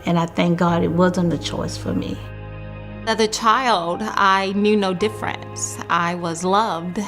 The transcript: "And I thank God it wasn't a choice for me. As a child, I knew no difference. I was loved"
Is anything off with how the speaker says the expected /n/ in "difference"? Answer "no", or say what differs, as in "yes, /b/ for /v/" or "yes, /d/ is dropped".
no